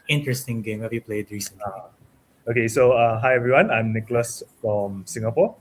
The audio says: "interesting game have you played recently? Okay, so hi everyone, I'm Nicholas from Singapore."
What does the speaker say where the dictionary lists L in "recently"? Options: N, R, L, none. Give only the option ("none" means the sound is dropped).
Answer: none